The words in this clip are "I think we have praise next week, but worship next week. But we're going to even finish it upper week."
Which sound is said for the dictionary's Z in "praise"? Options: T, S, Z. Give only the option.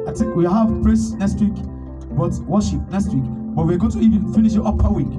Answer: S